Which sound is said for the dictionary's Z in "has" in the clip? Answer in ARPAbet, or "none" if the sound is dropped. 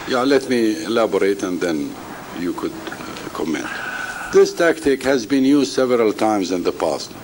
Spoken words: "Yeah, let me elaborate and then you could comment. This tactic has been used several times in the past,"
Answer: Z